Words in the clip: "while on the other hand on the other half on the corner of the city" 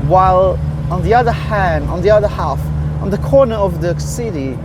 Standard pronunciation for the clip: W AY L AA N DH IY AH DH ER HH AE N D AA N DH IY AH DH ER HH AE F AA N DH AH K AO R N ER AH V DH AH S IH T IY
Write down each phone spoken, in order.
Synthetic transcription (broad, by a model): W AY L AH N DH IY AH DH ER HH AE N AH N DH IY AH DH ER HH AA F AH N DH AH K AO N ER AH V DH AH S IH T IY